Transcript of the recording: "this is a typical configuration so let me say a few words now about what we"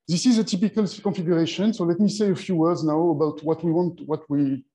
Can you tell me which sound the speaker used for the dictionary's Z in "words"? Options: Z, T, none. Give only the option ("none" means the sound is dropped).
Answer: Z